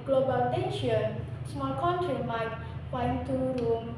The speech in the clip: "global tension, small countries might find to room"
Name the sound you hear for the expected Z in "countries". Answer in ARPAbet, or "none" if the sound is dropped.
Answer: none